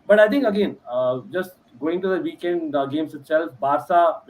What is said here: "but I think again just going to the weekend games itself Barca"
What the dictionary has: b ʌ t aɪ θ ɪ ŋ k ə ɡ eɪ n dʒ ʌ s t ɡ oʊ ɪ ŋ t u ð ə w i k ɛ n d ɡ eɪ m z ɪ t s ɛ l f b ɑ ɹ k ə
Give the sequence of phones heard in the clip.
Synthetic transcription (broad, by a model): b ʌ t aɪ t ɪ ŋ k ə ɡ eɪ n dʒ ʌ s t ɡ oʊ ɪ ŋ t u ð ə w i k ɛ n d ɡ eɪ m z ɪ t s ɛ l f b ɑ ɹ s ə